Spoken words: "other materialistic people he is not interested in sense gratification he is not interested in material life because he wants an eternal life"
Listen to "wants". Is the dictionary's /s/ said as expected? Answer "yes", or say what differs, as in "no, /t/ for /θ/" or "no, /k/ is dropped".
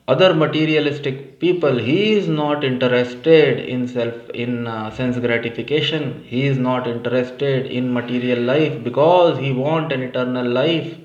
no, /s/ is dropped